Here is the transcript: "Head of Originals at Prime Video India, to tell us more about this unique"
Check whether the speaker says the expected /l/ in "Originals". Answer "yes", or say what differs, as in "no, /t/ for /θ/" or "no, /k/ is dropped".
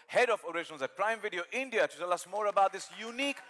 no, /n/ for /l/